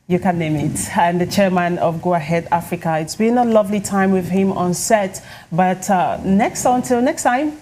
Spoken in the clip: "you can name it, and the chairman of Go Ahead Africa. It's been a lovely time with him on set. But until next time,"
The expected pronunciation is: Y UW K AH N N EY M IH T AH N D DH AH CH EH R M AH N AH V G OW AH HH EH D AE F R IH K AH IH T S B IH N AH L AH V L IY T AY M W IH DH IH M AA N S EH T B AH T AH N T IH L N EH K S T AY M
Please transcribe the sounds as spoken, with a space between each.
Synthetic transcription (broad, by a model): Y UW K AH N N EY M IH T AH N DH AH CH EH R M AH N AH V G OW AH HH EH D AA F R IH K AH IH T S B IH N AH L AH V L IY T AY M W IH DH IH M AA N S EH T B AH T AH N T IH L N EH K S T AY M